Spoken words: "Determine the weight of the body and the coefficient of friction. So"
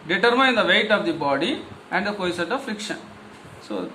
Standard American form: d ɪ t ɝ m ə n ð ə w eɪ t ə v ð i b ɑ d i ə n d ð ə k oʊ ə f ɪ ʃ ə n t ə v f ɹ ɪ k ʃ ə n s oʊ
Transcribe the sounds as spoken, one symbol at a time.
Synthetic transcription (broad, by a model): d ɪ t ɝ m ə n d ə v eɪ t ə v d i b ɑ d i ə n d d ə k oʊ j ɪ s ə t ə v f ɹ ɪ k ʃ ə n s oʊ